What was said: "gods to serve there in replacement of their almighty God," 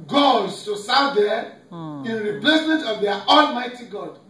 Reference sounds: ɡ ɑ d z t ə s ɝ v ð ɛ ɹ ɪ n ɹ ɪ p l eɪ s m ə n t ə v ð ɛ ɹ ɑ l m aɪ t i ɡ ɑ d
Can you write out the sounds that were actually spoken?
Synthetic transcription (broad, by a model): ɡ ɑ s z t ə s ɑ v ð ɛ ɪ n ɹ ɪ p l eɪ s m ə n t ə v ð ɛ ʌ ɑ l m aɪ t i ɡ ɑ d